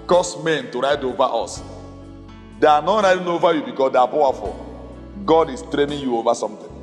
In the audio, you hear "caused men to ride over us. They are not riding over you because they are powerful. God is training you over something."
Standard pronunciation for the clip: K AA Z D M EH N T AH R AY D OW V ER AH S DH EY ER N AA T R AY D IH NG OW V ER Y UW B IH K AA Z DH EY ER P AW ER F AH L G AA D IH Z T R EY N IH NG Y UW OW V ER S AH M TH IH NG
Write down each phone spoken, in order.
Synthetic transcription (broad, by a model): K AA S M EH N T AH R AY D OW V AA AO S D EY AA N AA T R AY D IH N OW V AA Y UW B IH K AA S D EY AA P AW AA F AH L G AA D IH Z T R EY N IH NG Y UW OW V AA S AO M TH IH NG